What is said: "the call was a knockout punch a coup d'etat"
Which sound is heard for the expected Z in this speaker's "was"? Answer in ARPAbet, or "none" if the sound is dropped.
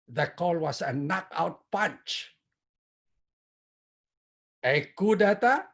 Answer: S